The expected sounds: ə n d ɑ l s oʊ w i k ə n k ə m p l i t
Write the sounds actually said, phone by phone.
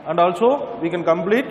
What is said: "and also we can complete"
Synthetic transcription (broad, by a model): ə n d ɑ l s oʊ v i k ə n k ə m p l i t